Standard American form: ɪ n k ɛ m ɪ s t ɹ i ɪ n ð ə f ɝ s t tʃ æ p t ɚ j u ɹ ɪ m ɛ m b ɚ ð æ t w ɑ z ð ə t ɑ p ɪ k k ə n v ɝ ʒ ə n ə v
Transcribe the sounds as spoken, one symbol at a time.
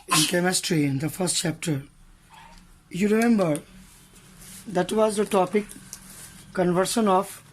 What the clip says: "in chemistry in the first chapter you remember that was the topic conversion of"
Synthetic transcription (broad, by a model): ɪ n k ɛ m ɪ s t ɹ i ɪ n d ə f ɝ s t tʃ æ p t ɚ j u ɹ ɪ m ɛ m b ɚ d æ t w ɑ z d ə t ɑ p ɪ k k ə n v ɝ ʃ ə n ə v